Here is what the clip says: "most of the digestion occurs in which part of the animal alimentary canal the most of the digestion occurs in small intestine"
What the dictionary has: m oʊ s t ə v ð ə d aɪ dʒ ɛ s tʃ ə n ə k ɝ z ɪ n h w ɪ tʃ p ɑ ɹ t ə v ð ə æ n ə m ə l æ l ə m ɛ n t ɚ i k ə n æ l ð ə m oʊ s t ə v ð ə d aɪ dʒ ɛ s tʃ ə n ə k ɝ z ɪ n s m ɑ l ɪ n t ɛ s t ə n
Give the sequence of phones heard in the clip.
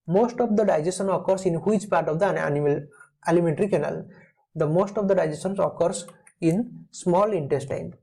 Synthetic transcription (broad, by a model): m oʊ s t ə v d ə d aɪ dʒ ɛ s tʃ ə n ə k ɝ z ɪ n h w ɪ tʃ p ɑ ɹ t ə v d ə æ n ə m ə l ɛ l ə m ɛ n t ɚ i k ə n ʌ l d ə m oʊ s t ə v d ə d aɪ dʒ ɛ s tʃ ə n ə k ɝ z ɪ n s m ɑ l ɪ n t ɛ s t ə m